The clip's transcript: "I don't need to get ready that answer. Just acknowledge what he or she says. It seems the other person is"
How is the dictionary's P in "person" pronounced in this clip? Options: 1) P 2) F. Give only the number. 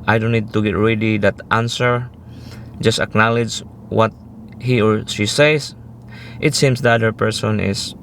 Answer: 1